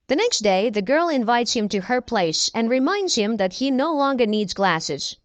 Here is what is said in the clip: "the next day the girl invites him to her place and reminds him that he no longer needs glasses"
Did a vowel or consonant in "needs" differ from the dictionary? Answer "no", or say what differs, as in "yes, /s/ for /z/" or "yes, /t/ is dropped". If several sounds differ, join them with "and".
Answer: no